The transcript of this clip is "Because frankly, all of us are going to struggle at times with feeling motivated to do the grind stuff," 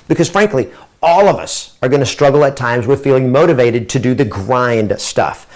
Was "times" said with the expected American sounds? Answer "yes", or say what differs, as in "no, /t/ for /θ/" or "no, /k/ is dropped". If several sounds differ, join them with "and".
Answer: yes